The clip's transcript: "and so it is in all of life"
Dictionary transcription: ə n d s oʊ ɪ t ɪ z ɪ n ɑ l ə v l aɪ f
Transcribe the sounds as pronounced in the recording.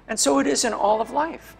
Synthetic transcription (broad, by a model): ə n s oʊ ɪ t ɪ z ɪ n ɑ l ə v l aɪ f